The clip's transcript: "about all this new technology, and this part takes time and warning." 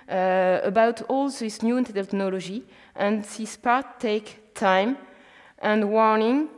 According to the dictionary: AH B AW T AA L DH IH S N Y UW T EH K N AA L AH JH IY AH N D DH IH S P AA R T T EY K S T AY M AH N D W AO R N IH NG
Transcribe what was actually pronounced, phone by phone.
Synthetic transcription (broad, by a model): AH B AW T AA L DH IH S N Y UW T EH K N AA L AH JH IY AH N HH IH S P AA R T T EY K T AY M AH N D W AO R N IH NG